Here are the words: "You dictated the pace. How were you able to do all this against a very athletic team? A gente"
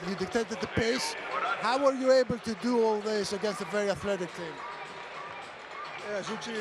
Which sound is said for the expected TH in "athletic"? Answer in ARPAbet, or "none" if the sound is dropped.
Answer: TH